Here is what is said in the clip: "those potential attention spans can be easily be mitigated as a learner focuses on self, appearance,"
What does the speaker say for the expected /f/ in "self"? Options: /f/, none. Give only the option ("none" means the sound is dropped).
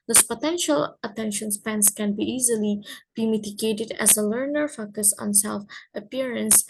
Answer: /f/